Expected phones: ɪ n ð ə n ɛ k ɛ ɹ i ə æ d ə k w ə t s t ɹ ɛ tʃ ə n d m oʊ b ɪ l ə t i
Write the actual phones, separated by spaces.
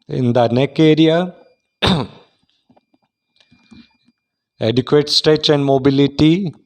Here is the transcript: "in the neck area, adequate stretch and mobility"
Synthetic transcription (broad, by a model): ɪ n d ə n ɛ k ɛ ɹ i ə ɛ d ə k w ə t s t ɛ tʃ ə n d m oʊ b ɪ l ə t i